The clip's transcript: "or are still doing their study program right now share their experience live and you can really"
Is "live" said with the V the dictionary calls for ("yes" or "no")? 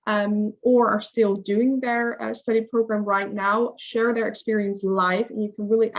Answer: no